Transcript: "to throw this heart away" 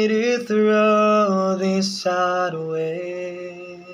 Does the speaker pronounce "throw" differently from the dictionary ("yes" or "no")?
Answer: no